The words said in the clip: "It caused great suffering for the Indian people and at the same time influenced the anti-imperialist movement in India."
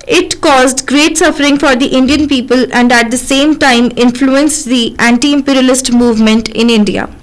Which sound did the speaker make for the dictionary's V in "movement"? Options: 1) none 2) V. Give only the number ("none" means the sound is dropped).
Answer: 2